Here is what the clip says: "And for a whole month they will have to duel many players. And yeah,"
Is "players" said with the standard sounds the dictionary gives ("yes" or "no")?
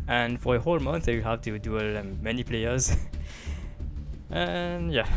yes